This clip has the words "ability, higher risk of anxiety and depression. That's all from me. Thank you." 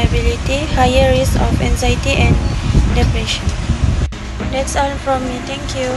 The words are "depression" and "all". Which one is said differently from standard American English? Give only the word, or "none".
all